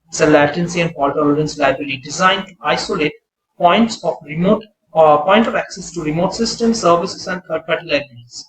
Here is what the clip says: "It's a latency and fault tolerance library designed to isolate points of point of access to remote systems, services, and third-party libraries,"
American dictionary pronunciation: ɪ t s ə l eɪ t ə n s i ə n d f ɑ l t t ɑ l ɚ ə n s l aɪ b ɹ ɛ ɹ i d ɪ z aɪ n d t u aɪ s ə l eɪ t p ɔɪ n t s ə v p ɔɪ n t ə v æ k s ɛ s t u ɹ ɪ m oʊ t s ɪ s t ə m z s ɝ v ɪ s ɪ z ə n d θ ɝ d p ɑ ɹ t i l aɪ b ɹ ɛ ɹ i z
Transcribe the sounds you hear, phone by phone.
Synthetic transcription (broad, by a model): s ə l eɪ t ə n s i ə n d p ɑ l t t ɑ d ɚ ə n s l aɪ b ɹ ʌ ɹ i d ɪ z aɪ n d t u aɪ s ə l eɪ t p ɔɪ n t s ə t p ɔɪ n t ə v æ k s ɛ s t u ɹ ɪ m oʊ t s ɪ s t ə m s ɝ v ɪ s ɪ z ə n d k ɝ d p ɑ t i l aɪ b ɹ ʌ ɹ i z